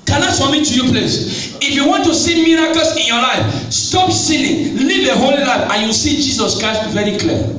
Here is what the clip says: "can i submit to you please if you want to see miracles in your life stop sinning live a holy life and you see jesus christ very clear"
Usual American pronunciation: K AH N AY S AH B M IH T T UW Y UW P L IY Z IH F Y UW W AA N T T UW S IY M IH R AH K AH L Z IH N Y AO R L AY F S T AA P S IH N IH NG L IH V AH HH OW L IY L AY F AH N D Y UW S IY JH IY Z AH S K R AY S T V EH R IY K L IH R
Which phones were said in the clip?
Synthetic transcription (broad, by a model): K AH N AY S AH M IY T T UW Y UW P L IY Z IH F Y UW W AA N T T UW S IY M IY R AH K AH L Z IH N Y AO L AY F S T AA P S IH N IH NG L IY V AH HH OW L IY L AY F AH N Y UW S IY JH IY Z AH S K R AY S T V EH R IY K L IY